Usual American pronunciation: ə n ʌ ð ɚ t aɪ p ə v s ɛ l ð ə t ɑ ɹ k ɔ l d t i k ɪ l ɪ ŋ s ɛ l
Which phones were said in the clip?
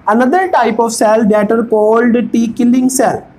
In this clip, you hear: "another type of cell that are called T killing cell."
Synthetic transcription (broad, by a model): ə n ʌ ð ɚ t aɪ p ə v s ɛ l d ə t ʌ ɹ k ɔ l d t i k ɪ l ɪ ŋ s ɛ l